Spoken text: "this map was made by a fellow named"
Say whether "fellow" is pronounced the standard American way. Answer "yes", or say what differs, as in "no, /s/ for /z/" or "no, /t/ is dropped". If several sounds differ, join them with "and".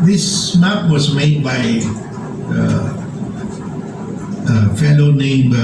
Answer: no, /n/ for /l/